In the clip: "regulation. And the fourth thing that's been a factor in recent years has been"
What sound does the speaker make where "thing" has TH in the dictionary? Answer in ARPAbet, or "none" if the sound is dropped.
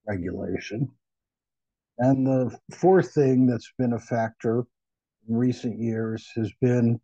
TH